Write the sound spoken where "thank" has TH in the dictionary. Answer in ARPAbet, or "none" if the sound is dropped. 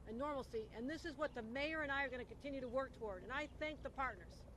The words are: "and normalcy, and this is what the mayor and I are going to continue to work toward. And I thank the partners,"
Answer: TH